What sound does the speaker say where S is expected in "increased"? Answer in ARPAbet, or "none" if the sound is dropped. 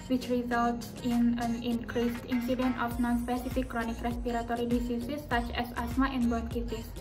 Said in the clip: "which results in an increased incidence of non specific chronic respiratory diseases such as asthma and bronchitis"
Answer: S